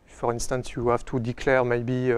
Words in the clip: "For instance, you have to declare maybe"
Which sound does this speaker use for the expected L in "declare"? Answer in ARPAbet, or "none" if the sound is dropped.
L